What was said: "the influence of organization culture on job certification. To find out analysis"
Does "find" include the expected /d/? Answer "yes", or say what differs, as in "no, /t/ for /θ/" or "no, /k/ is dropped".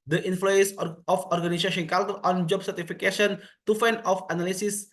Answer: no, /d/ is dropped